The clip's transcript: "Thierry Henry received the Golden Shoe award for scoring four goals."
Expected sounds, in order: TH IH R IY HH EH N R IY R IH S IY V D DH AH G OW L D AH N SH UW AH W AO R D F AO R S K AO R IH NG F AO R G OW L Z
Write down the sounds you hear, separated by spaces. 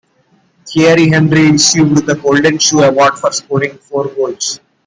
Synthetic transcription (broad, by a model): T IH R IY HH EH N R IY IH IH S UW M D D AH G OW L D AH N SH UW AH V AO R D F AO R S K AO R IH NG F AO R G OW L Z